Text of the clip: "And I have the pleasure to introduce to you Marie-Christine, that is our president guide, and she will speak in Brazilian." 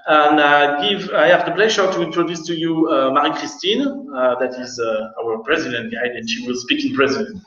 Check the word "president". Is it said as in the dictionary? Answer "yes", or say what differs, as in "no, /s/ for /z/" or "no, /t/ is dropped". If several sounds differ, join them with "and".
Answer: yes